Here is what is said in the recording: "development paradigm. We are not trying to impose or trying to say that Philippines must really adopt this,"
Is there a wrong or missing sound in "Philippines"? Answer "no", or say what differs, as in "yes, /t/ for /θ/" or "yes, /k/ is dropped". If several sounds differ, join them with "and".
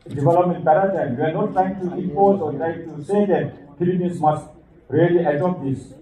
yes, /s/ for /z/